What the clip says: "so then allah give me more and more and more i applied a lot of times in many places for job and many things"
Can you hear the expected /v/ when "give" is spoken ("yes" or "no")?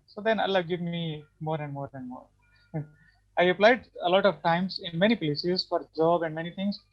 yes